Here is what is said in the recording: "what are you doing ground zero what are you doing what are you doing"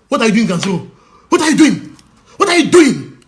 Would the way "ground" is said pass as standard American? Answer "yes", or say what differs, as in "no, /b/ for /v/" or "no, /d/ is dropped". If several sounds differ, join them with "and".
no, /ɹ/ is dropped